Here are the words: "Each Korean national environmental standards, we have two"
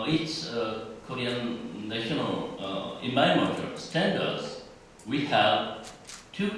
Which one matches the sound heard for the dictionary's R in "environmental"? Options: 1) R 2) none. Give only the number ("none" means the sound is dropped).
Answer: 2